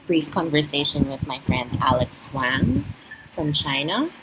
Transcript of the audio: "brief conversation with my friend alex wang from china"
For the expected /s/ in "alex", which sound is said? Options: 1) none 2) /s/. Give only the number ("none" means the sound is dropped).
2